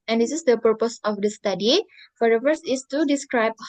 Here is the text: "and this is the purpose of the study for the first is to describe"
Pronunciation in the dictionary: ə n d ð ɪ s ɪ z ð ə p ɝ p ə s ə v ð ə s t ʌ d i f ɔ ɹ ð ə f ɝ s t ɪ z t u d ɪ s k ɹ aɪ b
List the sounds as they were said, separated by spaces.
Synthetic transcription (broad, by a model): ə n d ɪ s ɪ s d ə p ɝ p ə s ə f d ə s t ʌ d i f ɔ ɹ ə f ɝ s ɪ s t u d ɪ s k ɹ aɪ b